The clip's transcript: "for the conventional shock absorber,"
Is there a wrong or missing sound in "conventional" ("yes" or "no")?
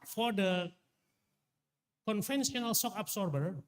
yes